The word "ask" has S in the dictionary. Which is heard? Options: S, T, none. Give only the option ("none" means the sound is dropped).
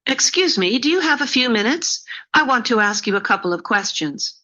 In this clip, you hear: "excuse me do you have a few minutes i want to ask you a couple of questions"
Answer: S